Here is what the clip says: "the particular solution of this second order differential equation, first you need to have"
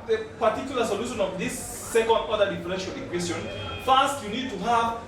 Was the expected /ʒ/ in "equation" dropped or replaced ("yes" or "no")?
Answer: yes